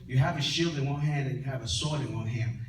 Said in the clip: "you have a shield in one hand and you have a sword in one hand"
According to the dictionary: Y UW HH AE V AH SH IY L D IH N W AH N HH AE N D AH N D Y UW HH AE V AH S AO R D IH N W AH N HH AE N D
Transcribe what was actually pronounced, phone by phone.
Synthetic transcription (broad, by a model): Y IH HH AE V AH SH IY L D IH N W AH N HH AE N D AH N Y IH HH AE V AH S AO R D IH N W AH N HH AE N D